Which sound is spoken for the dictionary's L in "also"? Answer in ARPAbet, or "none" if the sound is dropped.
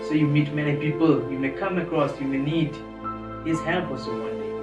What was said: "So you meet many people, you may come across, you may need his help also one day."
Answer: none